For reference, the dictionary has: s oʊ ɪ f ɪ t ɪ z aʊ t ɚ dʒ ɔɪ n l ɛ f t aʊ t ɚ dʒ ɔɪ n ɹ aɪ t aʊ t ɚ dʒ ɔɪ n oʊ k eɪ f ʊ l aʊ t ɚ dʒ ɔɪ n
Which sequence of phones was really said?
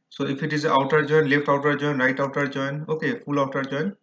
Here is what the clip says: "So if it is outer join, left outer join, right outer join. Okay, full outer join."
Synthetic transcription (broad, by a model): s oʊ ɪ p ɪ t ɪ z aʊ t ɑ dʒ ɔɪ n l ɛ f t aʊ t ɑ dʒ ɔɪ n ɹ aɪ t aʊ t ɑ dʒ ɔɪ n oʊ k eɪ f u l aʊ t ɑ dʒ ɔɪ n